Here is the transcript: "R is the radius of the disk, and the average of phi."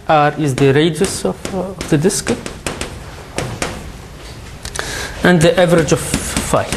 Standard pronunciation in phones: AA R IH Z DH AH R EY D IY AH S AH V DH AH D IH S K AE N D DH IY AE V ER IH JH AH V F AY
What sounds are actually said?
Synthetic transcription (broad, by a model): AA R IH Z DH AH R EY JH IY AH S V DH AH D IH S K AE N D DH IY AE V ER IH JH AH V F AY